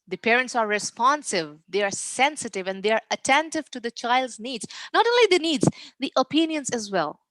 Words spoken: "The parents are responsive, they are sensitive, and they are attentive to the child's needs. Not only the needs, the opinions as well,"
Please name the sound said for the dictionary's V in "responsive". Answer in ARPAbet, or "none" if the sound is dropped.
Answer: V